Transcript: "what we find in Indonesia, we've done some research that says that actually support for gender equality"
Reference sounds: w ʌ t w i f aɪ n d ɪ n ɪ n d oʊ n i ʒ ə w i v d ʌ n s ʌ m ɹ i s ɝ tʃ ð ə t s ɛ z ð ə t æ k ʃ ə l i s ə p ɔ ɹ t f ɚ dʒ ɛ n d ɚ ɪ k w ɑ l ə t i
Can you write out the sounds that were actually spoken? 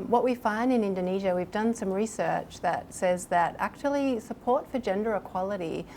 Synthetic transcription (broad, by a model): w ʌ t w i f aɪ n d ɪ n ɪ n d oʊ n i ʒ ə w i v d ʌ n s ʌ m ɹ i s ɝ tʃ ð ə t s ɛ z ð ə t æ k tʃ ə l i s ə p ɔ ɹ t f ɚ dʒ ɛ n d ɚ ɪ k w ɑ l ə t i